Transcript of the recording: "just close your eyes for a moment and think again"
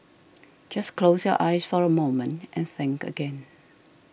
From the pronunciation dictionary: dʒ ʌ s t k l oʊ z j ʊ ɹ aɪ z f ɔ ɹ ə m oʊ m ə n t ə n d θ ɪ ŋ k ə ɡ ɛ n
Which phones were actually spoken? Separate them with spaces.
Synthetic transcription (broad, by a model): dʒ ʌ s k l oʊ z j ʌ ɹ aɪ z f ɔ ɹ ə m oʊ m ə n t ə n θ ɪ ŋ k ə ɡ ɛ n